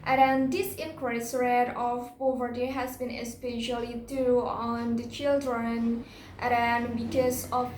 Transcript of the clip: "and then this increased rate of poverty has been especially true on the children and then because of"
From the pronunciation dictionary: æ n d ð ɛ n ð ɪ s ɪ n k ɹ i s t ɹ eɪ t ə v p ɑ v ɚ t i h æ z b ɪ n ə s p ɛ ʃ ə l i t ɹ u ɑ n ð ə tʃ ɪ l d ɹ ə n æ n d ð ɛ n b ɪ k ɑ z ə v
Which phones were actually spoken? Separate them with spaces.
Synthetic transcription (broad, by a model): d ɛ n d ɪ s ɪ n k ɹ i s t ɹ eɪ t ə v p ɑ v ɚ t i h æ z b ɪ n ə s p ɛ ʃ ə l i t u ɑ n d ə tʃ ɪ l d ɹ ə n n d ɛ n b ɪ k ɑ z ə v